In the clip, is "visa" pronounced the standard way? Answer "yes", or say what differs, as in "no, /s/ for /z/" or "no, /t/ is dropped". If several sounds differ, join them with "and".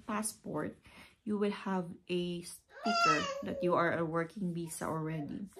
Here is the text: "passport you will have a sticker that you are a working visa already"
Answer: no, /b/ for /v/ and /s/ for /z/